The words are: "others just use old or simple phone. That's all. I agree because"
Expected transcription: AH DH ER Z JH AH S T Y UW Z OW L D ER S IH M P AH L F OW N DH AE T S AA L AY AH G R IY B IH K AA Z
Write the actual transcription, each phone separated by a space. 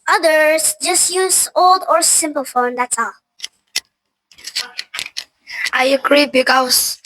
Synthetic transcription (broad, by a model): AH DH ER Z JH AH S T Y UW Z OW L D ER S IH M P AH L F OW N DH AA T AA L AY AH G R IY B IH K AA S